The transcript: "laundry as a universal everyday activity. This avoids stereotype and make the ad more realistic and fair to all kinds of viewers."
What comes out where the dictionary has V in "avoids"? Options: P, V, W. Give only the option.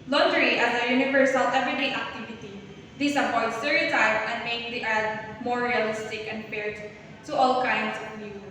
P